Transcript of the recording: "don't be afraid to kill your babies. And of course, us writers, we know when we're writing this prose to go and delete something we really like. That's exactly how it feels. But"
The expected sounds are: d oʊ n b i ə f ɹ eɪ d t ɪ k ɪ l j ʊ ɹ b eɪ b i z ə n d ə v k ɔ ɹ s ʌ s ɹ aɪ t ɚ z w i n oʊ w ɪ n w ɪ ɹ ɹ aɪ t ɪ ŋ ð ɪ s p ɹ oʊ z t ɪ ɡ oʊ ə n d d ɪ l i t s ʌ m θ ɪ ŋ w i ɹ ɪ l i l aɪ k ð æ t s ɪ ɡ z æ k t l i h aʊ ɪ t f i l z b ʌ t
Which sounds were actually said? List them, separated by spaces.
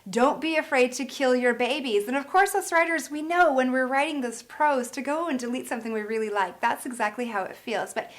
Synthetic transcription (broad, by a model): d oʊ n b i ə f ɹ eɪ d t ɪ k ɪ l j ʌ ɹ b eɪ b i z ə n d ə v k ɔ ɹ s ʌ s ɹ aɪ t ɚ z w i n oʊ w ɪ n w ɪ ɹ ɹ aɪ t ɪ ŋ ð ɪ s p ɹ oʊ z t ɪ ɡ oʊ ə n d d ɪ l i t s ʌ m θ ɪ ŋ w i ɹ ɪ l i l aɪ k ð æ t s ɪ ɡ z æ k t l i h aʊ ɪ t f i l z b ʌ t